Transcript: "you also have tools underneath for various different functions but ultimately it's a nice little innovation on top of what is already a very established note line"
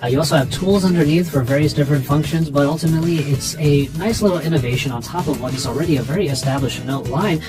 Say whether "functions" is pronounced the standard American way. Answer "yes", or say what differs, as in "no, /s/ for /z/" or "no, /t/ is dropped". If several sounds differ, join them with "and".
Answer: yes